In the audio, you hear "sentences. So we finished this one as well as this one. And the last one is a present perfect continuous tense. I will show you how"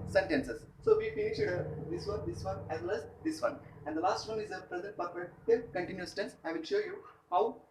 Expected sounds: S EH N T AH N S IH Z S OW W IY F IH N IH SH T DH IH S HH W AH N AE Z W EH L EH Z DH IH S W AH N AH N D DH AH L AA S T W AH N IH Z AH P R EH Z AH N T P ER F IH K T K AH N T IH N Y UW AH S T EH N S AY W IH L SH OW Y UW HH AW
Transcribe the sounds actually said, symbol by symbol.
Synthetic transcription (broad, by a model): S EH N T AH N S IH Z S OW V IY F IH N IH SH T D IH S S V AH N AE Z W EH L EH Z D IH S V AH N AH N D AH L AA S T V AH N IH Z AH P R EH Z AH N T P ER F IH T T K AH N T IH N Y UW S T EH N S AY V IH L SH OW Y UW HH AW